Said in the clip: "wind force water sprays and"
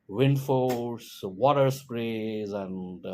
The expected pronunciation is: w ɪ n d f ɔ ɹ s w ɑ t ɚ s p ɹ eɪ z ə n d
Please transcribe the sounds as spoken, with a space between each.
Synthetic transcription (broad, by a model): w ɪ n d f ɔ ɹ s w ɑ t ɚ s p ɹ eɪ z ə n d